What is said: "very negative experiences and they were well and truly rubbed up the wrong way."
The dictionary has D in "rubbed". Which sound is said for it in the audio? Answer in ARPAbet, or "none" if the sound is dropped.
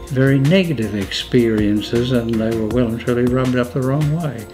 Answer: D